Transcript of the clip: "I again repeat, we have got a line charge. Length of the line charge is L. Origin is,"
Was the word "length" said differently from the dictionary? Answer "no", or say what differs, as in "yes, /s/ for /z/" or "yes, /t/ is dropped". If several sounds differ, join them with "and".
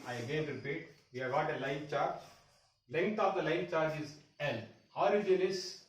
yes, /t/ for /θ/